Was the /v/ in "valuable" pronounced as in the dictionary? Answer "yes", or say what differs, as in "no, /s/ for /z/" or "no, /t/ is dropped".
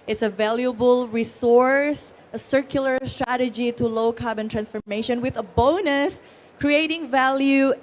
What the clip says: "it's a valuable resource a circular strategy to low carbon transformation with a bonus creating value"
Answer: yes